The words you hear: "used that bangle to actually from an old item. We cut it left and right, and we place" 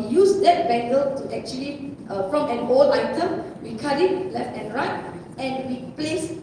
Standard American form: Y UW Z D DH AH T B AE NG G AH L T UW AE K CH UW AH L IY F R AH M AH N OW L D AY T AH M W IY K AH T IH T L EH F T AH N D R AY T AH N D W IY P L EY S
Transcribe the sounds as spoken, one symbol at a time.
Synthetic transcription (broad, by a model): Y UW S D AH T B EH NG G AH L T UW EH K CH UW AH L IY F R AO M AH N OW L AY T AH M W IY K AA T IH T L EH F T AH N R AY T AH N W IY P L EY S